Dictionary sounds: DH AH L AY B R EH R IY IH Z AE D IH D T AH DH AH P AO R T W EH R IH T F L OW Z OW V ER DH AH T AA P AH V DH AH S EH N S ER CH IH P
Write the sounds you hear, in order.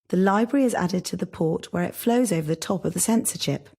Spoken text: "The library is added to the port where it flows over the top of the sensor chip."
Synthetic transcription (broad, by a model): DH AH L AY B R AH R IY IH Z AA D IH D T AH DH AH P AO T W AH R IH T F L OW Z OW V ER DH AH T AA P AH V DH AH S EH N S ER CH IH P